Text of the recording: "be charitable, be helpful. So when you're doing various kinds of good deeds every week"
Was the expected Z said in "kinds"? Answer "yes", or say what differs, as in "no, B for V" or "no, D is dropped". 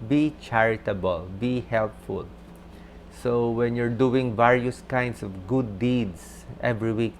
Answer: no, S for Z